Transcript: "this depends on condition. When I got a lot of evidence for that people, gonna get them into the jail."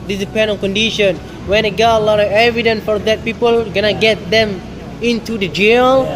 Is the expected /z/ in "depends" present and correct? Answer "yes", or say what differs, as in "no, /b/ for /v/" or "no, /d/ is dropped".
no, /z/ is dropped